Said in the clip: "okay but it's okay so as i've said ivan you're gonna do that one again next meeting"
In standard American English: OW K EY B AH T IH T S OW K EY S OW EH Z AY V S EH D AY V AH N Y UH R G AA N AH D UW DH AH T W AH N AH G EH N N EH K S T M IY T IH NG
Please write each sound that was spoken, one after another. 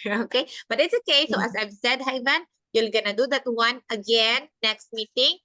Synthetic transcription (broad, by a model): OW K EY B AH T IH T S OW K EY S OW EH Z AY V S EH D AY V AH N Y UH L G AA N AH D UW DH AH T W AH N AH G EH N N EH K S T M IY T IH NG